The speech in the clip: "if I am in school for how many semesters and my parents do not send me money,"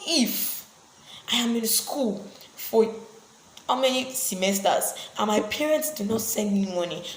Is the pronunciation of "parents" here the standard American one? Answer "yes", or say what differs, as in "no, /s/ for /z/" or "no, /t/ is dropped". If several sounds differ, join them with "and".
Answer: yes